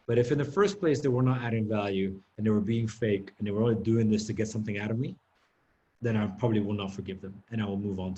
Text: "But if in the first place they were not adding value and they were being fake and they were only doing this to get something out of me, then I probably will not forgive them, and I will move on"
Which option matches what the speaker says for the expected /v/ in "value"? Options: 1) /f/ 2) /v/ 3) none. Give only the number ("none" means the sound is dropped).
2